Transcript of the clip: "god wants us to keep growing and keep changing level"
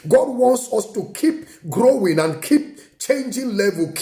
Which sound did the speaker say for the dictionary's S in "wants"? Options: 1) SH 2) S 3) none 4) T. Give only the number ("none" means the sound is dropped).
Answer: 2